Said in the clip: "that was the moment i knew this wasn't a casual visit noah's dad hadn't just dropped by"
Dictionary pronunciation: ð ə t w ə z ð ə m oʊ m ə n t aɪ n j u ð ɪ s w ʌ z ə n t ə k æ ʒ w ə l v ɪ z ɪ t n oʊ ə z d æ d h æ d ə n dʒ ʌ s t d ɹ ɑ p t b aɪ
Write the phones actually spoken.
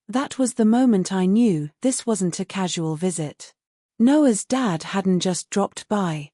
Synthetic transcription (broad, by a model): ð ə t w ə z ð ə m oʊ m ə n t aɪ n j u ð ɪ s w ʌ z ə n t ə k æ ʒ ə l v ɪ z ɪ t n oʊ ə z d æ d h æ d n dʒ ʌ s d ɹ ɑ p t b aɪ